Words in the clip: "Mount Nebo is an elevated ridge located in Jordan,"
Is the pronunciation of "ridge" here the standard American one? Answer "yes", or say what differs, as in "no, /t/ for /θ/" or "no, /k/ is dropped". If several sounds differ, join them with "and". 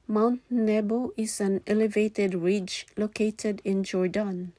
yes